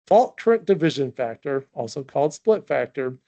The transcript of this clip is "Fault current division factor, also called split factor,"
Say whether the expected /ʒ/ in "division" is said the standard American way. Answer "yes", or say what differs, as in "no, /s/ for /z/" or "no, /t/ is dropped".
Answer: yes